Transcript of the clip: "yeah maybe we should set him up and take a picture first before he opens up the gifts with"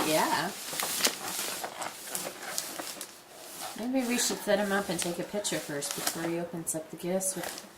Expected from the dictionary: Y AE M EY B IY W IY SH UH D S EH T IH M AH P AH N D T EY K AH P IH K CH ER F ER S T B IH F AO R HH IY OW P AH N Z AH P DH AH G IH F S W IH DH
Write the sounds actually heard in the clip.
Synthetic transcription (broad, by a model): Y AE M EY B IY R IY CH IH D TH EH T IH M AH P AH N T EY K AH P IH K CH ER F ER S T B IH F AO R IY OW P AH N Z AH P DH AH G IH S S W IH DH